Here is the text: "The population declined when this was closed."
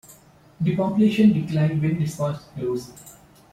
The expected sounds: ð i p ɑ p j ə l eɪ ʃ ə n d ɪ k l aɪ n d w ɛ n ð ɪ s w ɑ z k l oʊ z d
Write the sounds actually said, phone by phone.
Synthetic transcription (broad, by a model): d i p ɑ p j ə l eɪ ʃ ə n d ɪ k l aɪ n d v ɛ n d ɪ s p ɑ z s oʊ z